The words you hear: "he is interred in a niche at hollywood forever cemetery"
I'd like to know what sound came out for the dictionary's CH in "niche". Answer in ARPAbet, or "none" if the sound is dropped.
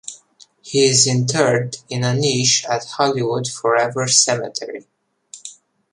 SH